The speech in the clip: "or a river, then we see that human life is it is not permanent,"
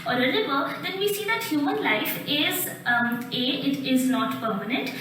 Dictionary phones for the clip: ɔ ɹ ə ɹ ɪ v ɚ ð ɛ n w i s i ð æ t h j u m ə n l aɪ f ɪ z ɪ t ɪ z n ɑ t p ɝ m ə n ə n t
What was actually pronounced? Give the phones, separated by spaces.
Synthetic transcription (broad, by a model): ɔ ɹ ə l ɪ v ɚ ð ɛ n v i s i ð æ t h j u m ə n l aɪ f ɪ z ɪ t ɪ z n ɑ t p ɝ m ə n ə n t